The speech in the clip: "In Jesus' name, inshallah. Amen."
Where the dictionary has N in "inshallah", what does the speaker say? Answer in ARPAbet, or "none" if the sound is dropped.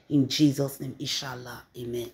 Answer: none